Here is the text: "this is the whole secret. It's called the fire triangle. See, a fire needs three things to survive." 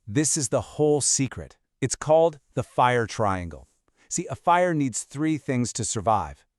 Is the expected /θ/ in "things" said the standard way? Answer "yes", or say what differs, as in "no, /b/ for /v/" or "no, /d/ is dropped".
yes